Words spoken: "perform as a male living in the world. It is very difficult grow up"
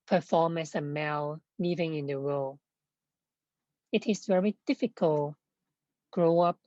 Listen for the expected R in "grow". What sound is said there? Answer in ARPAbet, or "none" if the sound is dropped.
R